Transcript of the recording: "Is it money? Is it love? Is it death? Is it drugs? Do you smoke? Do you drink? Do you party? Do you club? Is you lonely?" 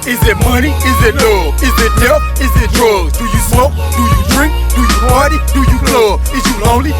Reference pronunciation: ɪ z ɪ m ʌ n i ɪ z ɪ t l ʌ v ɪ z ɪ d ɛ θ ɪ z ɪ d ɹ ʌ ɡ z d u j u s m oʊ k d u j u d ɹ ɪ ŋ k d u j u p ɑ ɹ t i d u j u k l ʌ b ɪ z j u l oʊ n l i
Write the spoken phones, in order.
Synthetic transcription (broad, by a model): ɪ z ɪ m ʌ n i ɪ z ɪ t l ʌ ɪ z ɪ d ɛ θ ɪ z ɪ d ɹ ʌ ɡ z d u j u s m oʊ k d u j u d ɹ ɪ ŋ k d u j u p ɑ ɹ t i d u j u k l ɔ ɪ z j u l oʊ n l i